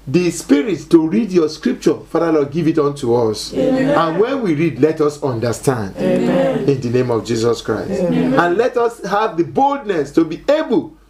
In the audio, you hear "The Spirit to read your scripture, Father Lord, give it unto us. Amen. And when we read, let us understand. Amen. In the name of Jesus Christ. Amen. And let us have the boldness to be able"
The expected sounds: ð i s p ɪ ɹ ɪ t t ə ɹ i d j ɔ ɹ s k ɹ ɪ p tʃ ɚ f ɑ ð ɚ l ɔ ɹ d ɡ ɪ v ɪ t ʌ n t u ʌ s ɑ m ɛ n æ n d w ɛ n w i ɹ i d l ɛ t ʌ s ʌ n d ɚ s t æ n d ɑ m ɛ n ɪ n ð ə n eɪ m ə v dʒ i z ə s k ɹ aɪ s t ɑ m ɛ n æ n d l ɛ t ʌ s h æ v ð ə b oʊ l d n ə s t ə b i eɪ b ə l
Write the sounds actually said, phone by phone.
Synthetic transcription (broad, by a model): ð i s p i ɹ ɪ t t ə ɹ i d j ɔ s k ɹ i p tʃ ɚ f ɑ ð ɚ l ɔ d ɡ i v ɪ t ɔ n t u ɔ s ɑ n n w ɛ n w i ɹ i d l ɛ t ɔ s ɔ n d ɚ s t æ n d ɪ n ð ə n eɪ m ə v dʒ i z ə s k ɹ aɪ s t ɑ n n l ɛ t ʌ s h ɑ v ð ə b oʊ l d n ə s t ə b i eɪ b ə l